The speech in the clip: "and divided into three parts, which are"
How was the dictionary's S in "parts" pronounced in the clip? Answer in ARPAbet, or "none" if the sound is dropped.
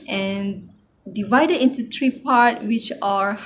none